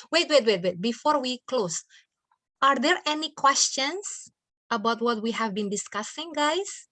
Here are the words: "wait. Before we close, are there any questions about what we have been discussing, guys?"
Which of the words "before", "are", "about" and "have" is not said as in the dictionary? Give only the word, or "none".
none